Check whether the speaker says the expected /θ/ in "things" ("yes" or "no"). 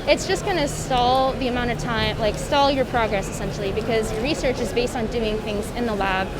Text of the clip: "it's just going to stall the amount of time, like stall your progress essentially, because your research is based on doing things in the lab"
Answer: yes